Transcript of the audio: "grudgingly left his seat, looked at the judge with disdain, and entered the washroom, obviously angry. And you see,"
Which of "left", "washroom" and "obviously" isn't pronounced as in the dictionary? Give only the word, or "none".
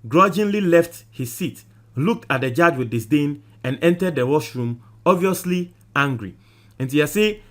none